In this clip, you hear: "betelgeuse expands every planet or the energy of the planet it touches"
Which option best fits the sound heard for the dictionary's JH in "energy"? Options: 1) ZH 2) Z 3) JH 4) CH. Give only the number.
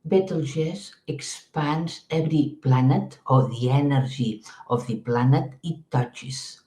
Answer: 1